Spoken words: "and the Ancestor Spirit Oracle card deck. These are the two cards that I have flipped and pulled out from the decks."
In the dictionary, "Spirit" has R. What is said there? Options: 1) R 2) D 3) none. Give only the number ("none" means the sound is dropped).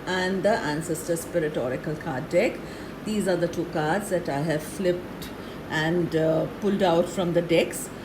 1